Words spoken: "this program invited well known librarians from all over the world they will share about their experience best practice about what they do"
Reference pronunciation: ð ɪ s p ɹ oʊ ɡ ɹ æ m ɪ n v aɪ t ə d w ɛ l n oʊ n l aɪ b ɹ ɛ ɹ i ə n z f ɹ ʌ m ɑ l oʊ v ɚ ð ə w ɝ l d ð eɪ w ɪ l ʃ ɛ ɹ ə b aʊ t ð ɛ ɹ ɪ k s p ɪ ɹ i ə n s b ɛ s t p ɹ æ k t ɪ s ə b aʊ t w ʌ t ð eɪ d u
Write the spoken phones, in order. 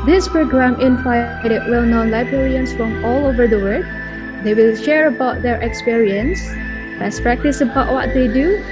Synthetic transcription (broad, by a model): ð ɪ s p ɹ oʊ ɡ ɹ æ m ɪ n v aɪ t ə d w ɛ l n oʊ n l aɪ b ɹ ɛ ɹ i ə n s f ɹ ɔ m ɑ l oʊ v ɚ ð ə w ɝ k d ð eɪ w ɪ l ʃ ɛ ɹ ə b aʊ t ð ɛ ɹ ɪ k s p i ɹ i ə n s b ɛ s p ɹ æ k t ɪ s ə b aʊ t w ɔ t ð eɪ d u